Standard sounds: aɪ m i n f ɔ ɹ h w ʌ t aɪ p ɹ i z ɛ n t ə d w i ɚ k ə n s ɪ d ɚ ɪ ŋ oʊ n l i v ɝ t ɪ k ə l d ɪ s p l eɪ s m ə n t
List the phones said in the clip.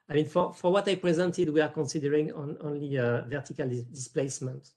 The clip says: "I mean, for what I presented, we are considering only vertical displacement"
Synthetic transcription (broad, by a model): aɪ m i n f ɔ ɹ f w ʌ t aɪ p ɹ i z ɛ n t ə d w i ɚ k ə n s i d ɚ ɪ ŋ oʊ n l i v ɝ t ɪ k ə l d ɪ s p l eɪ s m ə n t